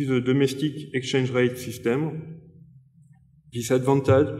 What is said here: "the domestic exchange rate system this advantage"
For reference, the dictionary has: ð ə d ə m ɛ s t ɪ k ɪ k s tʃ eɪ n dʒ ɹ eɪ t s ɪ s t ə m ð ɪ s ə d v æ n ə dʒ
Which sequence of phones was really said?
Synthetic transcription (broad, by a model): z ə d ə m ɛ s t ɪ k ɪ k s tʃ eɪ n ʒ ɹ eɪ t s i s t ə m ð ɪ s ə d v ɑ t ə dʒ